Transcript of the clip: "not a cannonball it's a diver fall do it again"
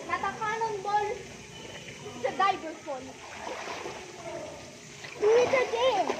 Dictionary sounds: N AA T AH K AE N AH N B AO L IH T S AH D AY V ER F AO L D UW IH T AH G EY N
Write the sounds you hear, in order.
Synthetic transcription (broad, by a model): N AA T AH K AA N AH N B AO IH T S AH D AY B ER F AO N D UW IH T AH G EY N